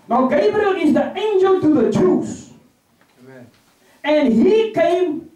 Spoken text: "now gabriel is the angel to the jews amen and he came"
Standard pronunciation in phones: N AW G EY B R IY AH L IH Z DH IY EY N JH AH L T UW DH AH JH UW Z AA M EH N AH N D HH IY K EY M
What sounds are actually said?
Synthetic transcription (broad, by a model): N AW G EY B R IY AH N IH Z DH IY EY N JH AH L T UW DH AH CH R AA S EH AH N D HH IY K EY M